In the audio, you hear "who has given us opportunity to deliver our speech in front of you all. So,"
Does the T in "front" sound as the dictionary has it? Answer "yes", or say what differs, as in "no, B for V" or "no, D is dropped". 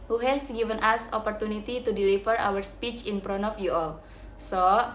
no, T is dropped